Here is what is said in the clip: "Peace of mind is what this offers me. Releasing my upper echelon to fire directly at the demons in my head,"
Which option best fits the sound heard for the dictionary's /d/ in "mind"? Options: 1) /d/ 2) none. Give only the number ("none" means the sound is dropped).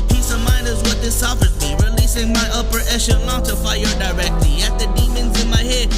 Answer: 2